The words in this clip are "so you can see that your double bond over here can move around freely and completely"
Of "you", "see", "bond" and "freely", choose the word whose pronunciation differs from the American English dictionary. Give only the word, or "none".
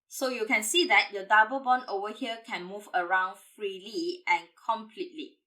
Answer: bond